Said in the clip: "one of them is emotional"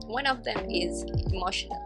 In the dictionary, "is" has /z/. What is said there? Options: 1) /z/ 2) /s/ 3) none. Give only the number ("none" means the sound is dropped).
1